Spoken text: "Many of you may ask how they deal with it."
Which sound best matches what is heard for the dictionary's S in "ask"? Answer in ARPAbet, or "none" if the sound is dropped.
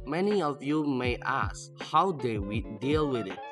S